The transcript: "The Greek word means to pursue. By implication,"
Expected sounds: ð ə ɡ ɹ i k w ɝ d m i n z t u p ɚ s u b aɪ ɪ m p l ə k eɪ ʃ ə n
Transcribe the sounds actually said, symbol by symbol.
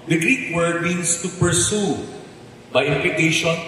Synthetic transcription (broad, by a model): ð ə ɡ ɹ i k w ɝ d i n s t u p ɚ s u b aɪ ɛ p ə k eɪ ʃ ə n